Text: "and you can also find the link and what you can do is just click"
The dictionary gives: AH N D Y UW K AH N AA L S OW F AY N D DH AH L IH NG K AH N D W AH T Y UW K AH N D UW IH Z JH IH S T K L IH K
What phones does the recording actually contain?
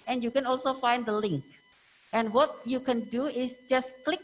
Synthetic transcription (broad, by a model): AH N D Y UW K AH N AA L S OW F AY N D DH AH L IH NG K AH N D W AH T Y UW K AH N D UW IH S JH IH S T K L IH K